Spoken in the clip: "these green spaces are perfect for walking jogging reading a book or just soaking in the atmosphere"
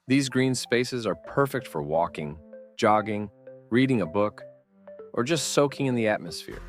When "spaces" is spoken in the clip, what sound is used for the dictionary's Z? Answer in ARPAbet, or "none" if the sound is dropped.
Z